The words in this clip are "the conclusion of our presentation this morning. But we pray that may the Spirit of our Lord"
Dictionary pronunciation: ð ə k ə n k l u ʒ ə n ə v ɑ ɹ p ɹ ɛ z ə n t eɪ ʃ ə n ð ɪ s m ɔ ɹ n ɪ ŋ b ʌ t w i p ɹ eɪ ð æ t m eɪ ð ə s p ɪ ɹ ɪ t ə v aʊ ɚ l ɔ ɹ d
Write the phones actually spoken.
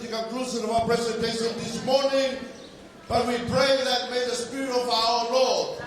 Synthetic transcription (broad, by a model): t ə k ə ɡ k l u s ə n ə v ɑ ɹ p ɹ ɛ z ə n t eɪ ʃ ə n ð ɪ s m ɔ ɹ n ɪ ŋ b ʌ t w i p ɹ eɪ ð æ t m eɪ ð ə s p ɪ ɹ ɪ t ə v aʊ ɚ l ɔ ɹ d